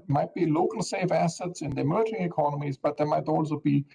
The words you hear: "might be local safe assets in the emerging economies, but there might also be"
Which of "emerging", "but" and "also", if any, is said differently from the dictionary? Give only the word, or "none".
emerging